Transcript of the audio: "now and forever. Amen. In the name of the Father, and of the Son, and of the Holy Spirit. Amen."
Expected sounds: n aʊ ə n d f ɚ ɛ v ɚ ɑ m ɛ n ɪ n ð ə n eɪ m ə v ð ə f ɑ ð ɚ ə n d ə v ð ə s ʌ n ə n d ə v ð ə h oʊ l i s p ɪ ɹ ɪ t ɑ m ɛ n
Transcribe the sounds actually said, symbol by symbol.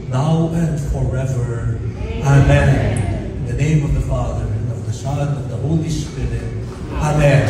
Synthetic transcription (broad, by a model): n aʊ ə n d f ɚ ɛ v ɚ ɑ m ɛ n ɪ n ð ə n eɪ m ə v ð ə f ɑ ð ɚ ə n ə v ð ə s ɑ ə l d ə v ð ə h oʊ l i s p ɪ ɹ ɪ t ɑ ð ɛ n